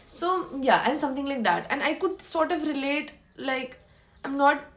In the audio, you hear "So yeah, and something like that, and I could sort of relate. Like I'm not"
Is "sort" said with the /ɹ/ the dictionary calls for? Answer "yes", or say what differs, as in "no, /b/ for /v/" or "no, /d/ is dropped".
yes